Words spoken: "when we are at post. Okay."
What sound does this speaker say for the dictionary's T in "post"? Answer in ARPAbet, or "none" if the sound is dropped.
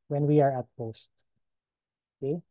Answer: T